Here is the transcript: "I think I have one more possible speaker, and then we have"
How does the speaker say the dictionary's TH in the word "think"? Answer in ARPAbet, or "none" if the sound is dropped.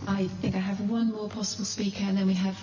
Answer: TH